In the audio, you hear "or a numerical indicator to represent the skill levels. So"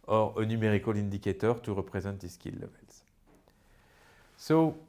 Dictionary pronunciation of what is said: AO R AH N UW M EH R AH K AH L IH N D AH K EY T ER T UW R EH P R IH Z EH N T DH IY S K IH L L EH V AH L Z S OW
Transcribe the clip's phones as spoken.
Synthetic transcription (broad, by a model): AO R AH N UW M EH R AH K AH L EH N D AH K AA T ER T UW R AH P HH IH Z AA T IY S K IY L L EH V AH L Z S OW